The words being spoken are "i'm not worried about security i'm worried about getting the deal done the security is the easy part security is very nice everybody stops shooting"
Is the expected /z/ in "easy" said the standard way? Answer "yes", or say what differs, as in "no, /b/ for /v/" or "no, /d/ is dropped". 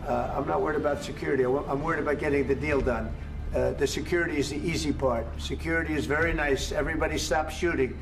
yes